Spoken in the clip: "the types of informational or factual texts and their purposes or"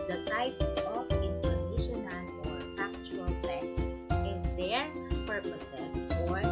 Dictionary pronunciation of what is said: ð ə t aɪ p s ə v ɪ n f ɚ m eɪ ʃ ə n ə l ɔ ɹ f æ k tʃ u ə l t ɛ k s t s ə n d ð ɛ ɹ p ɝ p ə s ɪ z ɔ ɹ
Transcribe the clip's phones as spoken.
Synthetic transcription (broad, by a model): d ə t aɪ p s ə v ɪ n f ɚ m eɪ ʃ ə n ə n ɔ ɹ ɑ k tʃ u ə l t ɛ s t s ə n d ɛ ɹ p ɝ p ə s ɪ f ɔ ɹ